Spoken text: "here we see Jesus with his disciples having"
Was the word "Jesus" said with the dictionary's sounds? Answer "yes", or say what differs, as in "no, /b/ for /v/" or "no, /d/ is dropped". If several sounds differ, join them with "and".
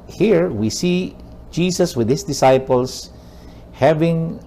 no, /s/ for /z/